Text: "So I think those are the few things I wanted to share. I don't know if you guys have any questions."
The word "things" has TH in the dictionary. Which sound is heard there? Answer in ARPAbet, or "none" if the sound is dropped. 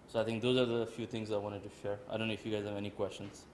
T